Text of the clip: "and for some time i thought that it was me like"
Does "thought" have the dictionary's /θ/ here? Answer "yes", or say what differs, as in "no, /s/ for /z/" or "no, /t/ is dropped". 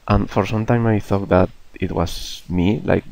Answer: yes